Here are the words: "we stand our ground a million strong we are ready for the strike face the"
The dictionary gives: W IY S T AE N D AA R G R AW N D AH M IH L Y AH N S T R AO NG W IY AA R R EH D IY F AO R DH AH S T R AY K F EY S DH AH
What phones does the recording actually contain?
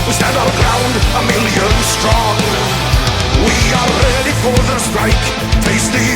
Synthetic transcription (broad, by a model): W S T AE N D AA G R AW N D AH M IH L Y AH N S T R AO NG W IY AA L R EH D IY F AO R DH AH S T R AY K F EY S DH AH